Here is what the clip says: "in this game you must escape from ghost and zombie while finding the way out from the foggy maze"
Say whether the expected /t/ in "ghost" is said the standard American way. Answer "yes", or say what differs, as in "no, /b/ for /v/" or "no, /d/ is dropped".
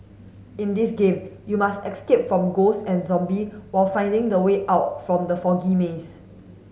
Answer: no, /t/ is dropped